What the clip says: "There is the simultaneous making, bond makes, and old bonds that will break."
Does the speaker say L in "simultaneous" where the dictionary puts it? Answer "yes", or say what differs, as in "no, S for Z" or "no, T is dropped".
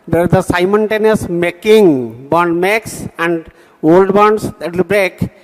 no, N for L